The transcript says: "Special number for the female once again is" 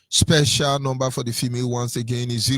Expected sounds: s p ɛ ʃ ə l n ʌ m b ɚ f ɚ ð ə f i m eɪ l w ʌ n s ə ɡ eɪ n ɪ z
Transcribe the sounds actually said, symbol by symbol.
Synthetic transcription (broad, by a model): s p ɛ ʃ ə l n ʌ m b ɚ f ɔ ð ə f i m eɪ l w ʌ n s ə ɡ eɪ n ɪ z